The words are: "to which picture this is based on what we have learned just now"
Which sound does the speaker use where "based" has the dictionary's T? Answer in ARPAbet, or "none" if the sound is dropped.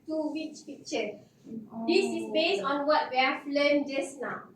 none